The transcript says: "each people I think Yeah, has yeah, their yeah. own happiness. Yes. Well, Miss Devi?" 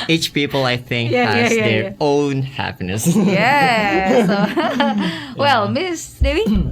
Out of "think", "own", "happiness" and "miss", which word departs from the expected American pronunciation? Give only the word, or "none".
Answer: none